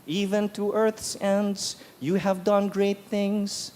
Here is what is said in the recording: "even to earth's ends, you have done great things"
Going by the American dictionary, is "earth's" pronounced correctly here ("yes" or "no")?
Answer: yes